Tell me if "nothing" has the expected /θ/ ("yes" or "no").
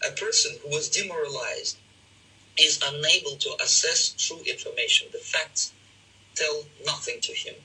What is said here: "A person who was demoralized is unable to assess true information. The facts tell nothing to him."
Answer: yes